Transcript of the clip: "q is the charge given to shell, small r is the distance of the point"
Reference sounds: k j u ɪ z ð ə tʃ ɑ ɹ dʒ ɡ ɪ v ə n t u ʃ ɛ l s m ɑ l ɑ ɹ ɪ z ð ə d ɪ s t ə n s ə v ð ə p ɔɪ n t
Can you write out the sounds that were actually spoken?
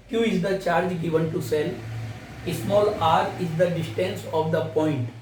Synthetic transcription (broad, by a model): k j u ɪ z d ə tʃ ɑ ɹ dʒ ɡ ɪ v ə n t u s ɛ l s m ɑ l ɑ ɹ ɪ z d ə d ɪ s t ə n s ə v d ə p ɔɪ n t